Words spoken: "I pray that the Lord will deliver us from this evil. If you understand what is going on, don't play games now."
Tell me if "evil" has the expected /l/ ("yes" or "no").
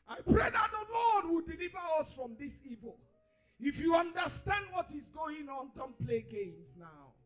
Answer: yes